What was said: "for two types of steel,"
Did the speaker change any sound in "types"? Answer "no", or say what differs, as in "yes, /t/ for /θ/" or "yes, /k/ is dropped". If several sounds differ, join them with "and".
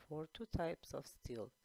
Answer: no